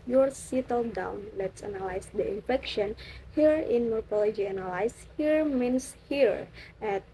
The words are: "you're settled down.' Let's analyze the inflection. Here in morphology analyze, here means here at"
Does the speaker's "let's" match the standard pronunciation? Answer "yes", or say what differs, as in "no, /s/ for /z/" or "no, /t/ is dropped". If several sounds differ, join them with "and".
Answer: yes